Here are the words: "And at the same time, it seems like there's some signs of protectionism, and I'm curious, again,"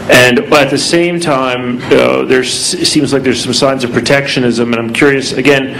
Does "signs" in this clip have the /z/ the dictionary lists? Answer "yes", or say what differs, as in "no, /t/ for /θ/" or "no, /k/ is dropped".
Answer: yes